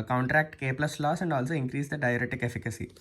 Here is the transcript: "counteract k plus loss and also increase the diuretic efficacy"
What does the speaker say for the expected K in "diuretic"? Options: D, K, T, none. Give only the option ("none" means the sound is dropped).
K